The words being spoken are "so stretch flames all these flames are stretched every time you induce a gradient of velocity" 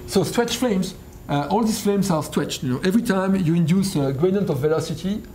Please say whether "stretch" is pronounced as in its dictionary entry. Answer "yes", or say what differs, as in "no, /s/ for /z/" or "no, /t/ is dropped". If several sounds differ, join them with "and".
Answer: no, /w/ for /ɹ/